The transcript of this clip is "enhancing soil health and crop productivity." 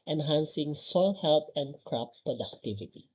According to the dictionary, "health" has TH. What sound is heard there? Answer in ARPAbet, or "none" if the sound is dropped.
T